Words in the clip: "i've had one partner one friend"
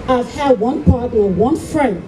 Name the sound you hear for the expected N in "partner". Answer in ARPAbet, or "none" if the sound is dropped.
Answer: none